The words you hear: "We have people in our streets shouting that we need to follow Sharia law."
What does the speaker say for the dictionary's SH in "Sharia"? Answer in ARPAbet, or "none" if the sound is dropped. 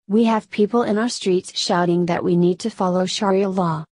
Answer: SH